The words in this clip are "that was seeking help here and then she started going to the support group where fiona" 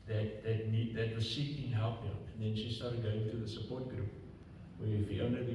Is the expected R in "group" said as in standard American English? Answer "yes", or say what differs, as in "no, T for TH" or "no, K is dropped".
yes